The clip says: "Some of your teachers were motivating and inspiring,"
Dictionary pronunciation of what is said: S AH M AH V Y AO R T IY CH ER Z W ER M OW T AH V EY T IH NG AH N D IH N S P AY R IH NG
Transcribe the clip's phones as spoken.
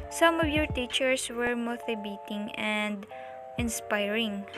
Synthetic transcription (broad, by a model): S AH M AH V Y AO R T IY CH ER S W ER M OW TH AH B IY T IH NG AH N D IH N S P AY R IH NG